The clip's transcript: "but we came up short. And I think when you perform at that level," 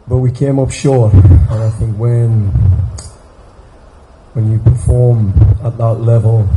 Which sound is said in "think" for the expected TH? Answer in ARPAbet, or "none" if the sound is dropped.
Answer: TH